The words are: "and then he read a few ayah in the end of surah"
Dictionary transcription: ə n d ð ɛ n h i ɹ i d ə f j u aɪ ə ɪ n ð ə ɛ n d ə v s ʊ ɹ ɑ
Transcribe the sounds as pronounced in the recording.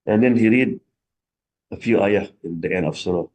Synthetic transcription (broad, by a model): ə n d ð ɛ n h i ɹ i d ə f j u aɪ ə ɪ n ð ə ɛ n ə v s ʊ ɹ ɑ